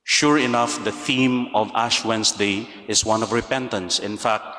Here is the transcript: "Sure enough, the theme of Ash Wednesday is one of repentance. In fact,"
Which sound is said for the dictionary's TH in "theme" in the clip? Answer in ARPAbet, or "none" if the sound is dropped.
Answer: TH